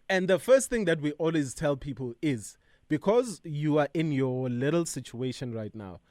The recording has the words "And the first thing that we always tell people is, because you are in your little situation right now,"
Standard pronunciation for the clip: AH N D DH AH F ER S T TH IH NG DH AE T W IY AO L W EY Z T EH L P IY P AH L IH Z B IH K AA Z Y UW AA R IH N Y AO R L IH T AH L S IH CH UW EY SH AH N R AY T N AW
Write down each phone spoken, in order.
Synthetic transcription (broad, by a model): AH N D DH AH F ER S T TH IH NG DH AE T W IY AO L W EY Z T EH L P IY P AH L IH Z B IH K AA Z Y UW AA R IH N Y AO L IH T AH L S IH CH UW EY SH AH N R AY T N AW